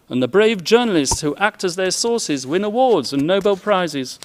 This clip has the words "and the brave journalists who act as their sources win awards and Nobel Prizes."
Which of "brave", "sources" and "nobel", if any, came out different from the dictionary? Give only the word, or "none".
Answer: none